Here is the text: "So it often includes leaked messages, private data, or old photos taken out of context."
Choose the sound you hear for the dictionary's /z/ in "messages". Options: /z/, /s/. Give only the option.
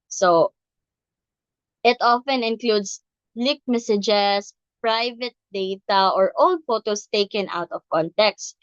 /s/